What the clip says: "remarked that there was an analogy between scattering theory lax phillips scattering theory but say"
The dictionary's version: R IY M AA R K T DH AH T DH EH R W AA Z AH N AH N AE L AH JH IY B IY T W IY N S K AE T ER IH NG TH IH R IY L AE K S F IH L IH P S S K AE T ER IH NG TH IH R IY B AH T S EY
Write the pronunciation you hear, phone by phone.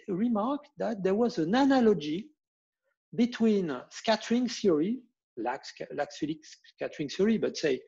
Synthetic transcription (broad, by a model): R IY M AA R K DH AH T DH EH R W AA Z AH N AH N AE L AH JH IY B IY T W IY N S K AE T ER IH NG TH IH R IY L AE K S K L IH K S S K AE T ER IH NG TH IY R IY B AH T S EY